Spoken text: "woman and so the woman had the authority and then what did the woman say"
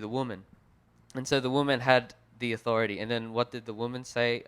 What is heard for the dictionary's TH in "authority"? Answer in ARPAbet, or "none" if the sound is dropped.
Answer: TH